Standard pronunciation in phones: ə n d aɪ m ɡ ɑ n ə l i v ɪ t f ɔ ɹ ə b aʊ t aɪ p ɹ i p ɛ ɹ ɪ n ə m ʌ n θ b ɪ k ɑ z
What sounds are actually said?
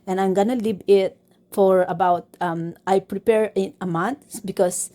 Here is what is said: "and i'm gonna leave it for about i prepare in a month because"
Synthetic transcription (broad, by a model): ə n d aɪ m ɡ ɑ n ə l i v ɪ t f ɔ ɹ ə b aʊ t aɪ p ɹ i p ɛ ɹ ɪ n ə m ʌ n t b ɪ k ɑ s